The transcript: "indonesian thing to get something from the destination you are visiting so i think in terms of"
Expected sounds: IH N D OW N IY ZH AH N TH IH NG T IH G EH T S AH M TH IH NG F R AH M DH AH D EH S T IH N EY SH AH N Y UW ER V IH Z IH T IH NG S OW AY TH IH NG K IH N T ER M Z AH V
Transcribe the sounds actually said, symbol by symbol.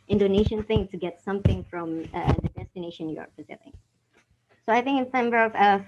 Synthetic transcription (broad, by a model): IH N D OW N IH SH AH N TH IH NG T IH G EH T S AH M TH IH NG F R AH M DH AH D EH S T IH N EY SH AH N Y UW ER F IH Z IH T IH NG S OW AY TH IH NG K IH N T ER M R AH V